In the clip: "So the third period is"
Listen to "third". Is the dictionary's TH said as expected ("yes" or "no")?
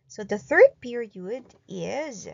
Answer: yes